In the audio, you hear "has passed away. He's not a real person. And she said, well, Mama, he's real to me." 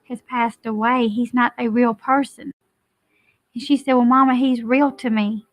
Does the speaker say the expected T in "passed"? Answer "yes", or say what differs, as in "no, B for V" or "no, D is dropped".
yes